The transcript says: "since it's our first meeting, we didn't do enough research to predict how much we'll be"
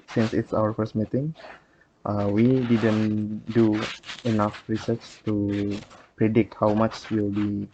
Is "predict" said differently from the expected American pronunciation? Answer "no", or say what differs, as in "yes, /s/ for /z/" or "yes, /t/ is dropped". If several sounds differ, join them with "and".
no